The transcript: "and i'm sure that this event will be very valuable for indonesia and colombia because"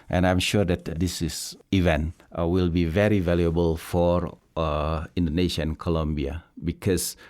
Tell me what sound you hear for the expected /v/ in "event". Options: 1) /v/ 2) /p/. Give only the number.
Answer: 1